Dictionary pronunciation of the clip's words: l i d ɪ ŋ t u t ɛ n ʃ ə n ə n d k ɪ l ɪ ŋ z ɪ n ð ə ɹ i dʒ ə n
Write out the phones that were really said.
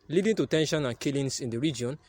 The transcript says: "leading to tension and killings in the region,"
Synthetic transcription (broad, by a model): l i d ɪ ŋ t u t ɛ n ʃ ə n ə n k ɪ l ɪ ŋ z ɪ n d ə ɹ i dʒ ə n